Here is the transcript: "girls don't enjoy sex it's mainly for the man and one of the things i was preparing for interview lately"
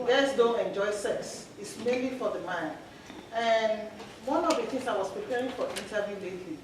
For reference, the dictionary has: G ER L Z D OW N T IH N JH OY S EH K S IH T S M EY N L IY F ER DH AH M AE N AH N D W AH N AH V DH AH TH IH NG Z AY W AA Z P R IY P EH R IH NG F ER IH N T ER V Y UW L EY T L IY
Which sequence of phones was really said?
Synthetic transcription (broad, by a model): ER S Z D OW N T IH N JH OY S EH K S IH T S M EY N L IY F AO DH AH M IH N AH N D W AH N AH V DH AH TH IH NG S AY W AA S P R IY P EH R IH NG F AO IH N T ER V Y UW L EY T L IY